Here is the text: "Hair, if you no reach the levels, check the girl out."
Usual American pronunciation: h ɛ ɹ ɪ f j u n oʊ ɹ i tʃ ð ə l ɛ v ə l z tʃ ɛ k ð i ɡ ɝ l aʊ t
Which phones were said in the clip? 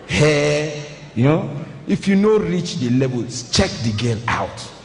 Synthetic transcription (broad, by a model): h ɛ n ɪ f j u n oʊ ɹ i tʃ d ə l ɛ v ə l tʃ ɛ k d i ɡ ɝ n aʊ t